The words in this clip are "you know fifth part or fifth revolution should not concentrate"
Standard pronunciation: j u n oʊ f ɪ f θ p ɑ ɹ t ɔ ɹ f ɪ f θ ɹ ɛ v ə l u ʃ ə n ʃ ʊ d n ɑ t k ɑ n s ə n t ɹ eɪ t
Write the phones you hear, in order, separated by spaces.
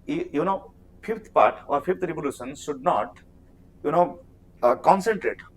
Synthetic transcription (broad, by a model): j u n oʊ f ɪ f t p ɑ ɹ t ɔ ɹ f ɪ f t ɹ ɛ v ə l u ʃ ə n ʃ ʊ d n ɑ t k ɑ n s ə n t ɹ eɪ t